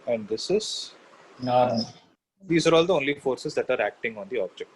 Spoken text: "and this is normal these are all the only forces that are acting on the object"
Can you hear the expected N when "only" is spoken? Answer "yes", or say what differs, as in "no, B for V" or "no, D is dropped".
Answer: yes